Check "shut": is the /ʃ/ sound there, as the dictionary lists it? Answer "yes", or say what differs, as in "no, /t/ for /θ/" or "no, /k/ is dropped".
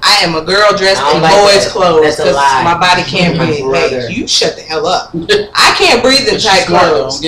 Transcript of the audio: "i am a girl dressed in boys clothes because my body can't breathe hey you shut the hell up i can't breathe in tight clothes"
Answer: yes